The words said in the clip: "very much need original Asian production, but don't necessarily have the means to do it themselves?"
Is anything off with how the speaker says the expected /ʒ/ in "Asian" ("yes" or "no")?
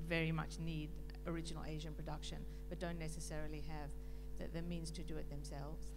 no